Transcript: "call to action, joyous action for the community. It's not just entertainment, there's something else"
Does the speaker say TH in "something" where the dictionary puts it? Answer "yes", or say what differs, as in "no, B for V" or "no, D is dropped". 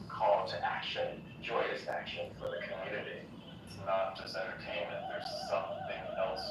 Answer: yes